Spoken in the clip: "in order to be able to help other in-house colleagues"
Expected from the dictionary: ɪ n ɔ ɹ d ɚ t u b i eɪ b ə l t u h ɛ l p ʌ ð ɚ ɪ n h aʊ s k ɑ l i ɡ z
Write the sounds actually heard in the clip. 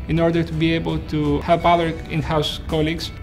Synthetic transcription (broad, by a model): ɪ n ɔ ɹ d ɚ t u b i eɪ b ə l t u h ɛ l p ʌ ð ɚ ɪ n h aʊ s k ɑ l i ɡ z